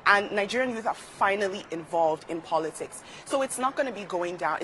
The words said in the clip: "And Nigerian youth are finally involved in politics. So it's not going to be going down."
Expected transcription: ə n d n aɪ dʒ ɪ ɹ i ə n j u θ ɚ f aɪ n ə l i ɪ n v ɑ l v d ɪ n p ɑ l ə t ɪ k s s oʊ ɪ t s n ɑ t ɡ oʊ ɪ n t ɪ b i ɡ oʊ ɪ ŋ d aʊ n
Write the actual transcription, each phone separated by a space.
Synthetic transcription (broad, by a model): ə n n aɪ dʒ ɪ ɹ i ə n j u θ ɚ f aɪ n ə l i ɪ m v ɑ l v d ɪ n p ɑ l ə t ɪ k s s oʊ ɪ t s n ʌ t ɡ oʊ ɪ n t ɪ b i ɡ oʊ ɪ ŋ d aʊ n